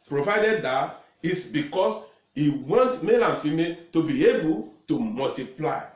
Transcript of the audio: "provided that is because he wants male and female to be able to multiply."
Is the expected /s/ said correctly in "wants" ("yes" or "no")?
no